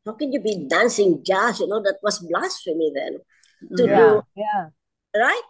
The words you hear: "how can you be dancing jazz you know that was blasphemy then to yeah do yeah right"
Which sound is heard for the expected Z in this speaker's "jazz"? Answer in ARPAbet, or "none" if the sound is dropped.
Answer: S